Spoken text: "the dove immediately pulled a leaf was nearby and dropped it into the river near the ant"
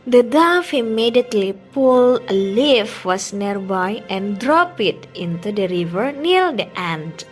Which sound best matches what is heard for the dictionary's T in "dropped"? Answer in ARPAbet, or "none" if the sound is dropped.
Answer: none